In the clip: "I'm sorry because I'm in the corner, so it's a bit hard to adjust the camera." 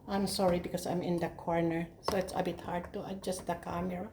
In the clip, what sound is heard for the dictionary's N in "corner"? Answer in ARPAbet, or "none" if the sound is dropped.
N